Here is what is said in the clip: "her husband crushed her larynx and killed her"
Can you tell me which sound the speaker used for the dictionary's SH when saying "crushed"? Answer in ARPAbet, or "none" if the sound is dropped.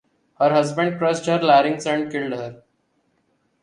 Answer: S